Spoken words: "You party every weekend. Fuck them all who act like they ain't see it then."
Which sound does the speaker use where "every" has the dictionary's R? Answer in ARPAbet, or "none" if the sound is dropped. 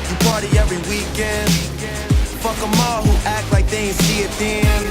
R